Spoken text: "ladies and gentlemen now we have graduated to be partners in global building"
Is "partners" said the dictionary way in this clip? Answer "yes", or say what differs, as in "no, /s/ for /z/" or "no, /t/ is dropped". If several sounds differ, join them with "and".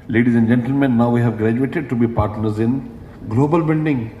yes